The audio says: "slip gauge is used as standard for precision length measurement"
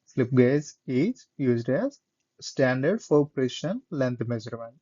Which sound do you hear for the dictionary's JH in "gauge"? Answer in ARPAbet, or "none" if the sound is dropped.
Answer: Z